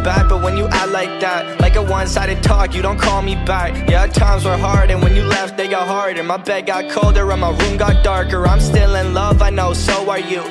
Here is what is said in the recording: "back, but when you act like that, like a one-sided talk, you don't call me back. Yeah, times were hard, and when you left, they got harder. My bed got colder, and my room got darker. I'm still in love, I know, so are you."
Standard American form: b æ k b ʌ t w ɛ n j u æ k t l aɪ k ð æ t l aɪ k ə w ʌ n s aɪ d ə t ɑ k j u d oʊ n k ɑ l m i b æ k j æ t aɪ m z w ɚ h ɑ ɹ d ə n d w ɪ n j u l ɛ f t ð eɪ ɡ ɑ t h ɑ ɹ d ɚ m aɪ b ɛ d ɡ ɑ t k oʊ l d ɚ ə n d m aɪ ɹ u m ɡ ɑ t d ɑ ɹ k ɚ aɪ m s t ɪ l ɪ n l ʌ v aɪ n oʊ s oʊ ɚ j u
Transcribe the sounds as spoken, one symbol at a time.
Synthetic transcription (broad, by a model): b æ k b ʌ t w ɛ n j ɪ t l aɪ k ð æ t l aɪ k ə w ʌ n s aɪ d ə t ɑ k j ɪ d oʊ n k ɑ l m i b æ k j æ t aɪ m z w ɚ h ɑ ɹ d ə n w ɪ n j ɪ l ɛ f t ð eɪ ɡ ɑ t h ɑ ɹ d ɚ m aɪ b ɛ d ɡ ɑ t k oʊ l d ɚ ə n m aɪ ɹ u m ɡ ɑ t d ɑ ɹ k ɚ aɪ m s t ɪ l ɪ n l ʌ v aɪ n oʊ s oʊ ɚ j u